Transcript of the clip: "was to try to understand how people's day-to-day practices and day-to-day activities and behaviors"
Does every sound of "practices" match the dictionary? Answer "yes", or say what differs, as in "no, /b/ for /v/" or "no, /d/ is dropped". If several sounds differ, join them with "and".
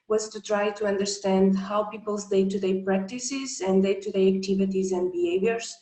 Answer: yes